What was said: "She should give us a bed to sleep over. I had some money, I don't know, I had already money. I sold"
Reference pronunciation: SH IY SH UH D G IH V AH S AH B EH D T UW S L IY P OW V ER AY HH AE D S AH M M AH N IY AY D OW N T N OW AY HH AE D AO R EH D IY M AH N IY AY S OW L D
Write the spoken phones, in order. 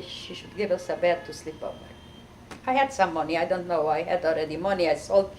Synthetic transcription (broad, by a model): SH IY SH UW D G IH V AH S AH B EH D T UW S L IY P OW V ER AY HH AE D S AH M M AH N IY AY D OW N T N OW AY HH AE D AO R EH D IY M AH N IY AY S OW L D